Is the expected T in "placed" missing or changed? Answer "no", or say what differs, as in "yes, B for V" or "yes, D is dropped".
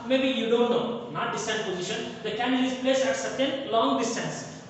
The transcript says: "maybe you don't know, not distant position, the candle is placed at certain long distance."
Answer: yes, T is dropped